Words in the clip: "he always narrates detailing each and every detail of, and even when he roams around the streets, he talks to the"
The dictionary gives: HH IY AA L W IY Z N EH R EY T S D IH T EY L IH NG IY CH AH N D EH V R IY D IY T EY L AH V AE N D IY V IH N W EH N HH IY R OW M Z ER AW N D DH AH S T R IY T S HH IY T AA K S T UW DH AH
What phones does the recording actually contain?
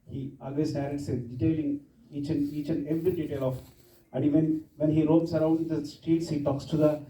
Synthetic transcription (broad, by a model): HH IY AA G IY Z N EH R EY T S D IH T EY L IH NG IY CH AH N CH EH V R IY D IY T EY L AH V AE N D IY V IH N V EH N HH IY R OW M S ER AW N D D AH S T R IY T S HH IY T AA K S T UW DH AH